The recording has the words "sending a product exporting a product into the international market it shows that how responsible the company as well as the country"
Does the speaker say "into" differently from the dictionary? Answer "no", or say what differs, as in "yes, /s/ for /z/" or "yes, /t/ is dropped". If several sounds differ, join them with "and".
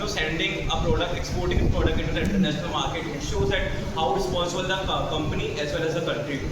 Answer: yes, /n/ is dropped